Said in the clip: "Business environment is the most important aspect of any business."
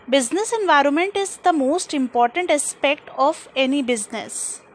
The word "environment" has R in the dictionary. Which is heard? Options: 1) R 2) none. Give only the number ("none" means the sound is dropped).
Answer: 1